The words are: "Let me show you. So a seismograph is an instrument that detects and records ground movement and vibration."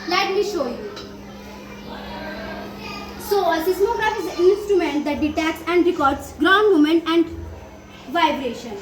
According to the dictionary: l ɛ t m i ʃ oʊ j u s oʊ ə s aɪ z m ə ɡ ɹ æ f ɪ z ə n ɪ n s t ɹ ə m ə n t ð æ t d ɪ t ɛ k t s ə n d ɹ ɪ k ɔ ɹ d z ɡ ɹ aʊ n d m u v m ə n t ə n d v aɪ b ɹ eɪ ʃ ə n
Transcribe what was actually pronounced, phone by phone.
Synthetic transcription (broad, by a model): l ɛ t m i ʃ oʊ j u s oʊ ə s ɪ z m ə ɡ ɹ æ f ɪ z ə ɪ n s t ɹ ə m ə n t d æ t d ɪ t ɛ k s ə n d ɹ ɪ k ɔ ɹ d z ɡ ɹ aʊ n d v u m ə n ə n d v aɪ b ɹ eɪ ʃ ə n